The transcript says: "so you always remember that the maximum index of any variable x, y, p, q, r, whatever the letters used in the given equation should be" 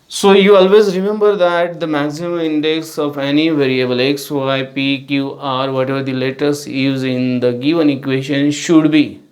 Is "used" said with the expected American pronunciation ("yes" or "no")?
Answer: no